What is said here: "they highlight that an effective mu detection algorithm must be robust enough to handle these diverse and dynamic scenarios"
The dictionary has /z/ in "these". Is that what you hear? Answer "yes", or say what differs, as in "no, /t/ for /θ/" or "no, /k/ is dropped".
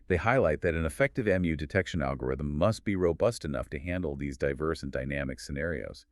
yes